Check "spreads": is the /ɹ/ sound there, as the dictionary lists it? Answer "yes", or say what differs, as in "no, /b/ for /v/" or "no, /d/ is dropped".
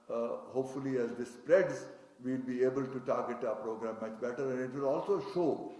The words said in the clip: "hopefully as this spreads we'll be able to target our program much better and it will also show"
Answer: yes